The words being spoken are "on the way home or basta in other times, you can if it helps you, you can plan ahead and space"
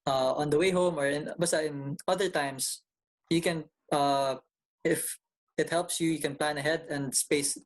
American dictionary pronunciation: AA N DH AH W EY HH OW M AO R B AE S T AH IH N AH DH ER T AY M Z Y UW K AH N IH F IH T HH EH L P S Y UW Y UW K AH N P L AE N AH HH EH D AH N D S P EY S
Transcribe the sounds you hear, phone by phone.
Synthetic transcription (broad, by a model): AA N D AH W EY HH OW M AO R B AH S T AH IH N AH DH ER T AY M S Y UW K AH N IH F IH T HH EH L P S Y UW Y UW K AH N P L AE N AH HH EH D AH N D S P EY S